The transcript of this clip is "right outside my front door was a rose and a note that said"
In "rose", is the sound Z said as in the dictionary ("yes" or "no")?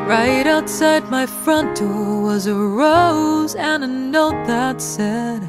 yes